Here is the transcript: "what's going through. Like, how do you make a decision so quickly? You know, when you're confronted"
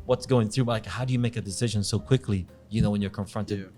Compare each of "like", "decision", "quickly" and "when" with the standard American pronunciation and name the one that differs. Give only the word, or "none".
none